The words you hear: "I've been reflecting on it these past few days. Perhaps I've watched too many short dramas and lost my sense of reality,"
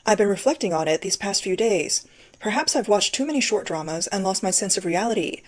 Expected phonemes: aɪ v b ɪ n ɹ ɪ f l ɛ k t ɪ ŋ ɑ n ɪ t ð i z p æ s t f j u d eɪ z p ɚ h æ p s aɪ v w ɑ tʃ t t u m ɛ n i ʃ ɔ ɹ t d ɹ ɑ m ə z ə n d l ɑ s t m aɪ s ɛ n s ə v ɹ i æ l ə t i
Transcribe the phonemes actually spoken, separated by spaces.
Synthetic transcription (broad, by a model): aɪ v b ɪ n ɹ ɪ f l ɛ k t ɪ ŋ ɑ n ɪ t ð i z p æ s t f j u d eɪ z p ɚ h æ p s aɪ v w ɑ tʃ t t u m ɛ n i ʃ ɔ ɹ t d ɹ ɑ m ə z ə n l ɑ s t m aɪ s ɛ n s ə v ɹ i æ l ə t i